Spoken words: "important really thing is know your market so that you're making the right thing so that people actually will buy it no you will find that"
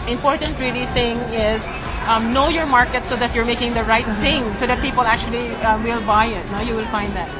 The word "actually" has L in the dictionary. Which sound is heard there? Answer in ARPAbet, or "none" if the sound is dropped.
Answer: L